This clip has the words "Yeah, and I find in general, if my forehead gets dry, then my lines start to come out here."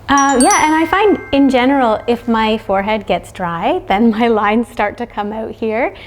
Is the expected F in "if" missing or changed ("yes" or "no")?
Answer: no